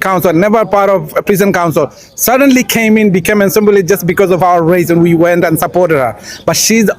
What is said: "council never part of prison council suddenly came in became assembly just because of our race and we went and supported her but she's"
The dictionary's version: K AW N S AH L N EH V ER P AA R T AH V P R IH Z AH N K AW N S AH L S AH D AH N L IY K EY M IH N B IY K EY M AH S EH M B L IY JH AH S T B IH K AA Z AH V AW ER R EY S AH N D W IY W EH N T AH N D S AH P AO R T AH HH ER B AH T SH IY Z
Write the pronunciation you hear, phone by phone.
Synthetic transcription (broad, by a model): K AW N S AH L N EH V ER P AA R T AH V P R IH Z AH N K AW N S AH L S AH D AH N L IY K EY M IH N B IY K EY M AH S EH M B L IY JH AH S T B IH K AA Z AH V AW ER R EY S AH N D W IY W EH N T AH N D S AH P AO R T AH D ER B AH T SH IY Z